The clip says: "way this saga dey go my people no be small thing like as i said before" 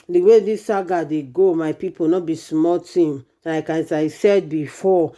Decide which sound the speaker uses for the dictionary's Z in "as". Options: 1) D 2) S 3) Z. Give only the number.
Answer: 2